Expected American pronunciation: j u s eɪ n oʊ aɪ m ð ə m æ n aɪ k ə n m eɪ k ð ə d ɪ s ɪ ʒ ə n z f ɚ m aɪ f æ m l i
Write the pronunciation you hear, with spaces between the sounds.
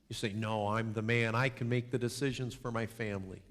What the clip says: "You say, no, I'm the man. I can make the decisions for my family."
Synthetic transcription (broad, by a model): j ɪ s eɪ n oʊ aɪ m ð ə m æ n aɪ k ə n m eɪ k ð ə d ɪ s ɪ ʒ ə n z f ɚ m aɪ f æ m l i